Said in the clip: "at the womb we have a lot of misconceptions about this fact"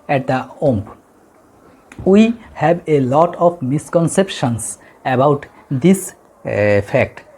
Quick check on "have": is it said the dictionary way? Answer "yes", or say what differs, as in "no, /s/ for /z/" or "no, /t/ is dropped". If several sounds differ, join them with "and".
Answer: no, /b/ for /v/